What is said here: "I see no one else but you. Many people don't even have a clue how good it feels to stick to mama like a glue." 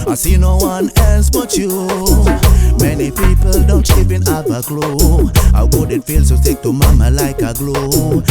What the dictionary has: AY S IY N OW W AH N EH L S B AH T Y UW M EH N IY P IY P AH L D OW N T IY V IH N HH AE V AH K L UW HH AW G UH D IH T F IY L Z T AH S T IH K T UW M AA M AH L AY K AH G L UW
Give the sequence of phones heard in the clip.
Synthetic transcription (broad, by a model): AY S IY N OW W AH N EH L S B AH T Y UW M EH N IY P IY P AH L D OW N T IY P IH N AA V AH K L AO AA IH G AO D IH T F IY L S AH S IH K T UW M AA M AH L AY K AH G L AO